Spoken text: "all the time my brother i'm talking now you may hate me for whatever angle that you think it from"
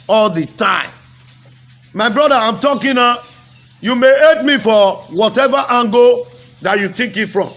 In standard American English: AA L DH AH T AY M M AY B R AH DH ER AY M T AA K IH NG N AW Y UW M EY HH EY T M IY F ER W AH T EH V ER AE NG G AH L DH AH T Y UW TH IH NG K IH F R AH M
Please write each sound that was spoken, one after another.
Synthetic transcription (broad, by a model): AA L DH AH T AY M M AY B R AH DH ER AY M T AA K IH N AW Y UW M EY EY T M IY F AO W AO T EH V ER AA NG G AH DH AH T Y UW T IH K IH F R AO M